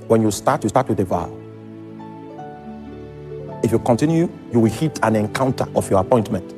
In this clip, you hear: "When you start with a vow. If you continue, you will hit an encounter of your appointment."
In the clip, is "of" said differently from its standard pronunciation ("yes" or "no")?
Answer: yes